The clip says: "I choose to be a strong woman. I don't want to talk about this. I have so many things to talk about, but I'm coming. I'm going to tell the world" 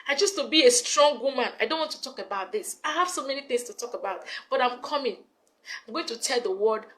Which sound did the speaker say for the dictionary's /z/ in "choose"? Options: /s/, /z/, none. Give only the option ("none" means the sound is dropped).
/s/